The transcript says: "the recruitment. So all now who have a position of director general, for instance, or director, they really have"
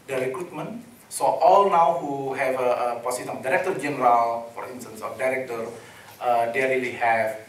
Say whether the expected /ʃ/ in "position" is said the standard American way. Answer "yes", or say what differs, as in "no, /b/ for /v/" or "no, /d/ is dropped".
no, /s/ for /ʃ/